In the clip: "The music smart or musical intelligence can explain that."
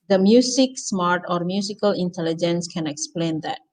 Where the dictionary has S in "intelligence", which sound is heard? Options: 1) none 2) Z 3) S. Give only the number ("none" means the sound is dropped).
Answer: 3